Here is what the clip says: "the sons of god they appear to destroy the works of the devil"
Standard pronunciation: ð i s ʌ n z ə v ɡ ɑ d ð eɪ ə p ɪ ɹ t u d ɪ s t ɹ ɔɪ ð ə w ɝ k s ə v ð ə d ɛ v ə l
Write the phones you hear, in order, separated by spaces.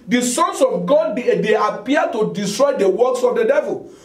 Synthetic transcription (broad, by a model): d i s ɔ n s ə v ɡ ɑ d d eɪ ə p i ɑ t u d ɪ s t ɹ ɔɪ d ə w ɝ k s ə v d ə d ɛ v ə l